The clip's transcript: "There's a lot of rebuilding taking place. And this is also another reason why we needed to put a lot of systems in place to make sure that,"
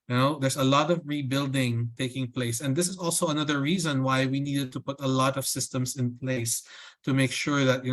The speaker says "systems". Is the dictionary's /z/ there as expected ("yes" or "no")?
no